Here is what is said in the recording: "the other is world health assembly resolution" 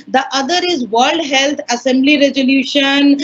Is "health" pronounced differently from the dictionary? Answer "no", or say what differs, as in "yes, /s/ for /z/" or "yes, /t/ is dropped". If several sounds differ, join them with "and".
yes, /t/ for /θ/